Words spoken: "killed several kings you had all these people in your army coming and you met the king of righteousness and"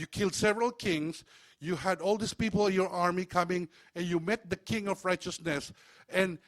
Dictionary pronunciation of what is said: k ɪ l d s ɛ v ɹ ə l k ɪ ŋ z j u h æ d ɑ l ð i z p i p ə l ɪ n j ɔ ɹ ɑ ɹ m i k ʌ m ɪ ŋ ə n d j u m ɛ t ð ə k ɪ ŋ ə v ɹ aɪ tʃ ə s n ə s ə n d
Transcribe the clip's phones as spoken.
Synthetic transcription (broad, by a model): k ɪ l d s ɛ v ɹ ə l k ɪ ŋ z j u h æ d ɑ l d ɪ s p i p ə l ɪ n j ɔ ɹ ɑ ɹ m i k ʌ m ɪ ŋ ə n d j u m ɛ t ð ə k ɪ ŋ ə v ɹ aɪ tʃ ə s n ə s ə n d